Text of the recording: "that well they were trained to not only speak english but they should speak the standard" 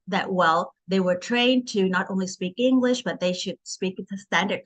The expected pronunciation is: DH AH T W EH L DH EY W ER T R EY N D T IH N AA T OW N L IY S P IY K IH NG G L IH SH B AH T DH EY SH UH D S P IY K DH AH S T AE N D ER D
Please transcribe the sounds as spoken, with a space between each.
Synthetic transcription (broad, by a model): DH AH T W EH L DH EY W ER T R EY N T IH N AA T OW N L IY S P IY K IH NG G L IH SH B AH T DH EY SH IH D S P IY K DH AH S T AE N D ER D